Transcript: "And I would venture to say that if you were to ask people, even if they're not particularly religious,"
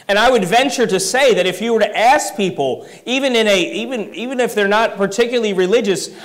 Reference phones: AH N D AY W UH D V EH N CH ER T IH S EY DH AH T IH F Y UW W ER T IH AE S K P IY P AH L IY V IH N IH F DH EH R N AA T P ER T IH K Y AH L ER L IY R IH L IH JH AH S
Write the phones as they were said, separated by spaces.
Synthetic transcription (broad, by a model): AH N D AY W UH D V EH N CH ER T IH S EY DH AH T IH F Y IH W ER T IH AE S K P IY P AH N IY V IH N IH F DH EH R N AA T P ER T IH K Y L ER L IY R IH L IH JH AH S